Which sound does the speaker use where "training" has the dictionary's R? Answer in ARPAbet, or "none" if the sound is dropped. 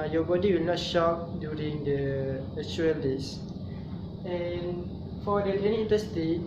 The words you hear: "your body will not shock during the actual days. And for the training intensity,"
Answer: none